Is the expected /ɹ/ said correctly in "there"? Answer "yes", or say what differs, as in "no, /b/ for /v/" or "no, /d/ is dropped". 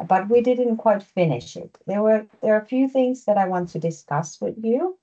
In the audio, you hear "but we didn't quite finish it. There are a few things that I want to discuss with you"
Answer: no, /w/ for /ɹ/